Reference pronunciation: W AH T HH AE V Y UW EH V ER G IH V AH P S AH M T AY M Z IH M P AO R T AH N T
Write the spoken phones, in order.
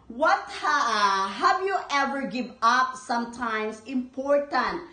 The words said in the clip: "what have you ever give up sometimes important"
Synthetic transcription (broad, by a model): W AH T HH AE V Y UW EH V ER G IH V AH P S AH M T AY M S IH M P AO R T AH N T